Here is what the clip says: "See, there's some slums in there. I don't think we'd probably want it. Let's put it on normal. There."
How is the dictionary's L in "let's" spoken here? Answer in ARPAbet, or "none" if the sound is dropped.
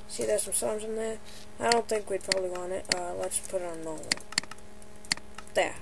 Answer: L